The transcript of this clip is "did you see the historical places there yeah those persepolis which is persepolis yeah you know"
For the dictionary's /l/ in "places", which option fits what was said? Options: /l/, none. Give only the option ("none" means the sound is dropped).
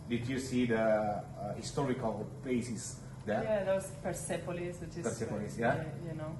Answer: none